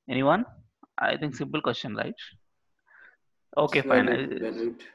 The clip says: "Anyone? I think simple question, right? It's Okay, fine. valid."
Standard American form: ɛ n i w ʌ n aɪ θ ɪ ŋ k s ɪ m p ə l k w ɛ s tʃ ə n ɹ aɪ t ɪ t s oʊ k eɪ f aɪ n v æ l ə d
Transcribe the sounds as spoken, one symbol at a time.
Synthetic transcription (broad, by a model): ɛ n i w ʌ n aɪ t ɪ ŋ k s ɪ m p ə l k w ɛ s tʃ ə n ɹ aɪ ɪ t oʊ k eɪ f aɪ n